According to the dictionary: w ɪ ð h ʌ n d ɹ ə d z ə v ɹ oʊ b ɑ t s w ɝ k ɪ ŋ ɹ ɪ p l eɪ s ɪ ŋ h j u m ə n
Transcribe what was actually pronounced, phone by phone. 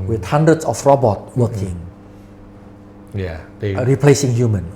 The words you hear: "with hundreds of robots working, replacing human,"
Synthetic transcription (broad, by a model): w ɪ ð h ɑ n d ɹ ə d s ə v ɹ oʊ b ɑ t w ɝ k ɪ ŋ ɹ ɪ p l eɪ s ɪ ŋ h j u m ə n